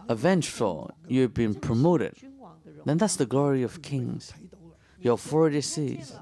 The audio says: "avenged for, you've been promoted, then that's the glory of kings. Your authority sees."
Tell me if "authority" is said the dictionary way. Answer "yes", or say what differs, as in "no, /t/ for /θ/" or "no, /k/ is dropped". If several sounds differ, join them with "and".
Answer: no, /f/ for /θ/